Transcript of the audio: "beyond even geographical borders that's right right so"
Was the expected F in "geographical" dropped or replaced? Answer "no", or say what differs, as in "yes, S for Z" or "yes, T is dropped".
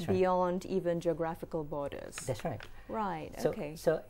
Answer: no